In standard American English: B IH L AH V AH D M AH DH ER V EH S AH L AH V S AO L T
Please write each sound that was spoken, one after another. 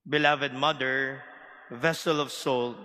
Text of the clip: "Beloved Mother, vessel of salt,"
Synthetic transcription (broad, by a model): B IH L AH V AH D M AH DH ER V EH S AH L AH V S AO L